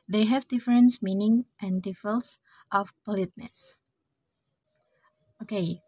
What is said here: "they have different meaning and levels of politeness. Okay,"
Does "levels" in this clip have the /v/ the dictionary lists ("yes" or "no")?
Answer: no